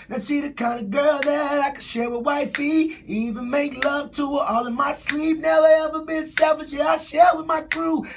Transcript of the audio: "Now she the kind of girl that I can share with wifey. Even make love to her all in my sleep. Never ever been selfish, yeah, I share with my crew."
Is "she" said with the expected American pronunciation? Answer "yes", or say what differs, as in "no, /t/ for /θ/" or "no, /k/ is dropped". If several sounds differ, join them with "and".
no, /s/ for /ʃ/